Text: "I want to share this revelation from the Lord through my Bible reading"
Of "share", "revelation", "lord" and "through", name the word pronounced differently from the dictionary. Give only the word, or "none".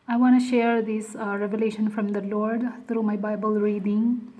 through